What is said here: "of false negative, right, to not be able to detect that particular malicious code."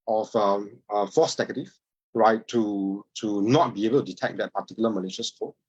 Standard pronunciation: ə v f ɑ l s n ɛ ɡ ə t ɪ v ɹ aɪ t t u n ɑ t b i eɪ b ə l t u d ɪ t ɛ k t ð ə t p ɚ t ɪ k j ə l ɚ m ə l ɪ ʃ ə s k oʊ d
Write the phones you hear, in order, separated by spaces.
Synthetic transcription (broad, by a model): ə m f ɑ s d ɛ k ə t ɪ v ɹ aɪ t t u n ɑ t b i eɪ b ə l t u d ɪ t ɛ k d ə t p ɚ t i k j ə l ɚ m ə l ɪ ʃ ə s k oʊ